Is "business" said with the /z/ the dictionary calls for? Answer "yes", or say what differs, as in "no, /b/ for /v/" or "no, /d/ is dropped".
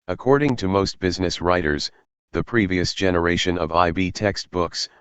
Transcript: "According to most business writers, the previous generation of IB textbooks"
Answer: yes